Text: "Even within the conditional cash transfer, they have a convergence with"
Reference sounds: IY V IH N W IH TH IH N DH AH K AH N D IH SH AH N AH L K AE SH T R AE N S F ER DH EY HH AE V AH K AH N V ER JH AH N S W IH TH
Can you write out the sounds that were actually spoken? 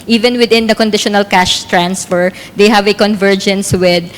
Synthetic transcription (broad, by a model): IY V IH N W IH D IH N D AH K AH N D IH SH AH N AH L K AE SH T R AE N S F ER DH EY HH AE V AH K AH N V ER JH AH N S W IH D